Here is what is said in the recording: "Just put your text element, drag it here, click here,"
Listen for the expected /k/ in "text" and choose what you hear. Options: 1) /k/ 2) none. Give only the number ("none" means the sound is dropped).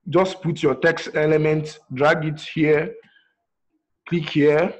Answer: 1